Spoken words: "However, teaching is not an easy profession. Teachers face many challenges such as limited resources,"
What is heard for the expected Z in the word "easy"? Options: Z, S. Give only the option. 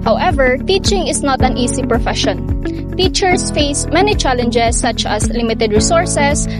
S